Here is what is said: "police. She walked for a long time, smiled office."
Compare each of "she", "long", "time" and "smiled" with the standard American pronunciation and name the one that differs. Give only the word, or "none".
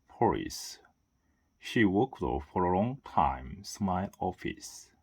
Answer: smiled